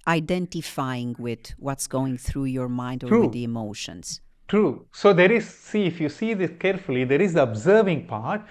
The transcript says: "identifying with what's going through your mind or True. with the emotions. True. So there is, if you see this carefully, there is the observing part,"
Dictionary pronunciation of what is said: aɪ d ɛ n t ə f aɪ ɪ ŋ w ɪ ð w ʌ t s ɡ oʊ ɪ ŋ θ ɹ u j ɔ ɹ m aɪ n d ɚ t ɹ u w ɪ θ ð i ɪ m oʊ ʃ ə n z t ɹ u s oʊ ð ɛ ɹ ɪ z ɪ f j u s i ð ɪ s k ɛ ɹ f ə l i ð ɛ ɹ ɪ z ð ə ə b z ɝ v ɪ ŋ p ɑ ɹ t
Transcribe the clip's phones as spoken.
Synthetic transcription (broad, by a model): aɪ d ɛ n t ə f aɪ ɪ ŋ w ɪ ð w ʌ t s ɡ oʊ ɪ ŋ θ ɹ u j ɔ ɹ m aɪ n d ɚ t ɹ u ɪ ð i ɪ m oʊ ʃ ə n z t ɹ u s oʊ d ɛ ɹ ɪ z ɪ f j u s i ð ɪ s k ɛ ɹ f ə l i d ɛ ɹ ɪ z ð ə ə b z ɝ v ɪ ŋ p ɑ ɹ t